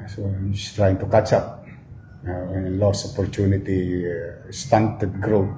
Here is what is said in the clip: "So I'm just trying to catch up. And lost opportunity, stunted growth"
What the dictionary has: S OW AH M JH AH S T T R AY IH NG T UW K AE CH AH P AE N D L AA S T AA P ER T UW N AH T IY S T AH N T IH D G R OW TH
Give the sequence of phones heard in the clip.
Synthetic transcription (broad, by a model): S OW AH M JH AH S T T R AY IH NG T UW K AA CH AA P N L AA S AA P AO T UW N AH T IY S T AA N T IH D G R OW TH